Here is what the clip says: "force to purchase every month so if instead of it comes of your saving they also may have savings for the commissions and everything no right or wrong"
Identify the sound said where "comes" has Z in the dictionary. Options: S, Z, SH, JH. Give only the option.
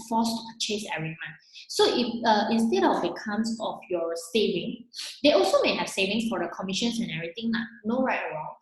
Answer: S